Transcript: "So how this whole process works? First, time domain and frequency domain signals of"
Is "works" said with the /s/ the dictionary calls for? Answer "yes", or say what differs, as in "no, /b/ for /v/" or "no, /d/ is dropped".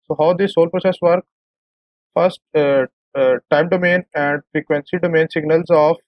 no, /s/ is dropped